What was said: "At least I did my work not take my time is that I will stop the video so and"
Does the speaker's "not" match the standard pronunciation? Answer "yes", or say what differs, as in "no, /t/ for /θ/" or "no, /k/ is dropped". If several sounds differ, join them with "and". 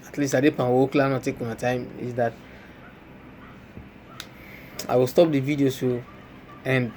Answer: no, /l/ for /n/